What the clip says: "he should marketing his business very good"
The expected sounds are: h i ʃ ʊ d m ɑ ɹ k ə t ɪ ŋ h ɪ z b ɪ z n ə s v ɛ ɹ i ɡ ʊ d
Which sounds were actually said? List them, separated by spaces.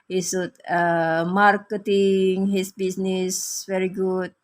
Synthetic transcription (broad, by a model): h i s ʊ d m ɑ ɹ k ə t ɪ ŋ h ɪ s b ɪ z n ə s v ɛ ɹ i ɡ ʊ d